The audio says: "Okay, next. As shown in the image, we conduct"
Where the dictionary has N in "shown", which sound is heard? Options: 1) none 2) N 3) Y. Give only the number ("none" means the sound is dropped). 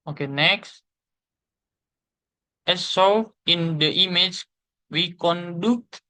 1